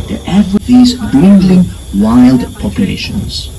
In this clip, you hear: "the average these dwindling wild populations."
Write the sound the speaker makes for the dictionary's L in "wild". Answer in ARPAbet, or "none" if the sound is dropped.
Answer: L